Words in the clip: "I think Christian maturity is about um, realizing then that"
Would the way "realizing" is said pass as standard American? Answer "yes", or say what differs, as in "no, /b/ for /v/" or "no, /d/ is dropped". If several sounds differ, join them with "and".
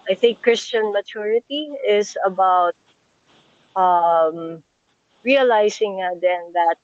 no, /s/ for /z/